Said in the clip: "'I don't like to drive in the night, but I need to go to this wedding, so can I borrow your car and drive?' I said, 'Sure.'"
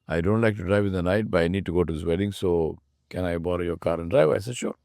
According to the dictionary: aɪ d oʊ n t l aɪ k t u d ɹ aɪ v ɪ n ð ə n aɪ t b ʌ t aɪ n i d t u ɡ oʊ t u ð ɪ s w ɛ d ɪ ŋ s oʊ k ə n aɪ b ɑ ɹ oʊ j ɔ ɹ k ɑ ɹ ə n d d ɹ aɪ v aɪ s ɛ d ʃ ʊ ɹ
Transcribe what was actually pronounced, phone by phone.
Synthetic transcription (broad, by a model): aɪ d oʊ n t l aɪ k t u d ɹ aɪ v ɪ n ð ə n aɪ t b ʌ t aɪ n i d t u ɡ oʊ t u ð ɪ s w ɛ d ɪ ŋ s oʊ k ə n aɪ b ɑ ɹ oʊ j ɔ ɹ k ɑ ɹ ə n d d ɹ aɪ v aɪ s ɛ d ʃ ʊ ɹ